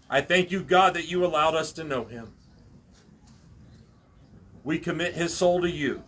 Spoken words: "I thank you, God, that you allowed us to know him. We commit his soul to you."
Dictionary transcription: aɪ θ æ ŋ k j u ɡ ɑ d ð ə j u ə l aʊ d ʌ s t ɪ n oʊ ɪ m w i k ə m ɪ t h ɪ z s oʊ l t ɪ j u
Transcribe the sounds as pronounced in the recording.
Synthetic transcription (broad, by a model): aɪ θ æ ŋ k j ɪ ɡ ɑ d ð ə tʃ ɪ ə l aʊ d ʌ s t ɪ n oʊ ɪ m w i k ə m ɪ t h ɪ z s oʊ l t ɪ j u